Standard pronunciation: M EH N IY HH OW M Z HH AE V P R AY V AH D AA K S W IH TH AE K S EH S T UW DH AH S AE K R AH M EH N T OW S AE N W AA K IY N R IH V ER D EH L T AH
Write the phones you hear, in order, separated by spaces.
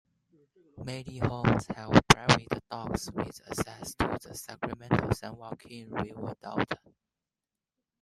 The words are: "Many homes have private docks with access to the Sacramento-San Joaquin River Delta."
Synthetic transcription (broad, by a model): M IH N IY HH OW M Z HH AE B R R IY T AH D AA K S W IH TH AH S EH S T UW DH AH S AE K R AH M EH N T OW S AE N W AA K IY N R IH W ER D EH T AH